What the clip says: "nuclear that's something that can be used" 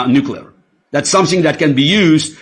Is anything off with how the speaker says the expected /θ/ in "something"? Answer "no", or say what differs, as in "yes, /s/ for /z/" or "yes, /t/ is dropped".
no